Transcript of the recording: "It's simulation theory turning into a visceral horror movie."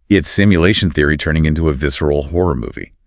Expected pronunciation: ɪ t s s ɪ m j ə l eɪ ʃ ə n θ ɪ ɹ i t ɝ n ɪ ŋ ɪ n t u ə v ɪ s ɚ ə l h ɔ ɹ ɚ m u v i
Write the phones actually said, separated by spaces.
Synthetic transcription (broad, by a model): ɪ t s s ɪ m j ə l eɪ ʃ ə n θ ɪ ɹ i t ɝ n ɪ ŋ ɪ n t u ə v ɪ s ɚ l h ɔ ɹ ɚ m u v i